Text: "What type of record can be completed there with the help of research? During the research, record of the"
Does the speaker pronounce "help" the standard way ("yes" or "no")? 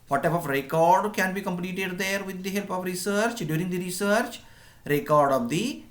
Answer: yes